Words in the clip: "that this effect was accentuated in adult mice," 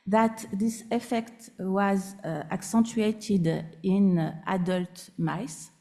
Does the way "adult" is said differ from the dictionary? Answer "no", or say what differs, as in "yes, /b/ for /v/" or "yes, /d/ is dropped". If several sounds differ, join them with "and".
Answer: no